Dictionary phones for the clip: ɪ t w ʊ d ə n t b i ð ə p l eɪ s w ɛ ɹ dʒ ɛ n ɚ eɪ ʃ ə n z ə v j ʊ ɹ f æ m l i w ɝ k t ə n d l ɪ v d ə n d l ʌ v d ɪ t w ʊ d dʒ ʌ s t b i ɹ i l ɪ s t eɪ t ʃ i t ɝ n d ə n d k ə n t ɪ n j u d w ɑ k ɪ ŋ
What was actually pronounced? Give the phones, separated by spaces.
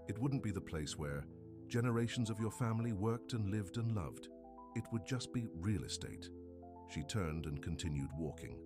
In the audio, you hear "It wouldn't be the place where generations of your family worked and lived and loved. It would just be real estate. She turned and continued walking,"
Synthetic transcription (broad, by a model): ɪ t w ʊ d n b i ð ə p l eɪ s w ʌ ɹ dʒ ɛ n ɚ eɪ ʃ n z ə v j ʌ ɹ f æ m l i w ɝ k t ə n l ɪ v d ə n l ʌ v d ɪ t w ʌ d dʒ ʌ s b i ɹ i l ɪ s t eɪ t ʃ i t ɝ n d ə n k n t ɪ n j u d w ɑ k ɪ ŋ